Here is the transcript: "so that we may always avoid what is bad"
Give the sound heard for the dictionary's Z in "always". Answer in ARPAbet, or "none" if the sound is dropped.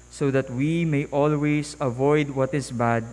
S